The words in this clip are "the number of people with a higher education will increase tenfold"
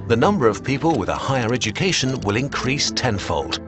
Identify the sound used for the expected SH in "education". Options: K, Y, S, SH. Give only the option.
SH